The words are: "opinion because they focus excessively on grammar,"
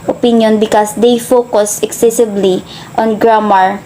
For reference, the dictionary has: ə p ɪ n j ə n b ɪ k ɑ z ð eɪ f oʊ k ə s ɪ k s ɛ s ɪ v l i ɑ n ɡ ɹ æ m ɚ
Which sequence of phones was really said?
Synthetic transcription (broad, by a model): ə p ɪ n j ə n b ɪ k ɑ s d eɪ f oʊ k ə s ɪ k s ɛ s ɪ b l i ɑ n ɡ ɹ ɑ m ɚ